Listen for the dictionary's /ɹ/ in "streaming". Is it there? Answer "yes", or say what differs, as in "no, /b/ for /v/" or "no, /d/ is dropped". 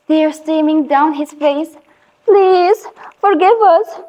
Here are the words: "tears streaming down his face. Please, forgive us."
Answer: no, /ɹ/ is dropped